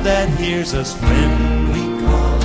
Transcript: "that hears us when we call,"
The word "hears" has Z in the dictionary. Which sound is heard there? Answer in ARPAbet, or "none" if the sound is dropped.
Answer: Z